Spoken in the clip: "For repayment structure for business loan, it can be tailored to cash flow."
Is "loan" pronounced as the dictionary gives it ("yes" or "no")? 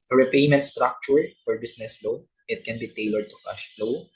no